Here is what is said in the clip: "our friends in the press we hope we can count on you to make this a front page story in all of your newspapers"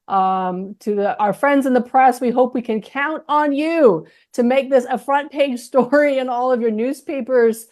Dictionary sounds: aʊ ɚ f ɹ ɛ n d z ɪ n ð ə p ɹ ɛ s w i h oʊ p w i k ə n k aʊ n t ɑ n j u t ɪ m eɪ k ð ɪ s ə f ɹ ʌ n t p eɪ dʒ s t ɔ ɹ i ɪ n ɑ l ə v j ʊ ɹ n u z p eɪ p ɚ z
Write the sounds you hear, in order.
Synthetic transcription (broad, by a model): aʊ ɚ f ɹ ɛ n d z ɪ n ð ə p ɹ ɛ s w i h oʊ p w i k ə n k aʊ n t n j u t ɪ m eɪ k ð ɪ s ə f ɹ ʌ n p eɪ dʒ s t ɔ ɹ i ɪ n ɑ l ə v j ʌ ɹ n u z p eɪ p ɚ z